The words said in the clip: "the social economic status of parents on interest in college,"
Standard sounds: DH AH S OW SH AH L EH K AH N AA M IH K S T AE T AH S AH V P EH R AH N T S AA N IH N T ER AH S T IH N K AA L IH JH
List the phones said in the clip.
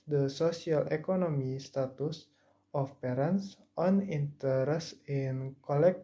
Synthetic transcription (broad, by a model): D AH S OW S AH L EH K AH N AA M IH S T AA T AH S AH F P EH R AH N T S AA N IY N T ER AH S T IH N K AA L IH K